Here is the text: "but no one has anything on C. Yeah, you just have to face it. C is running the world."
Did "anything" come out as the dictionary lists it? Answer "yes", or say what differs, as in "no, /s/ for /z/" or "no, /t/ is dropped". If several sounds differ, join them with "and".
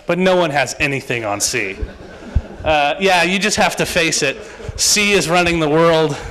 yes